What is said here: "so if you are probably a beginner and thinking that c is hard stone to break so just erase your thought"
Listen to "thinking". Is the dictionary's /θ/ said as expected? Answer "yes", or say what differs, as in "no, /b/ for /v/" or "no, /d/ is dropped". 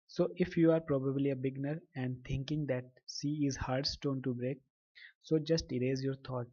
no, /t/ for /θ/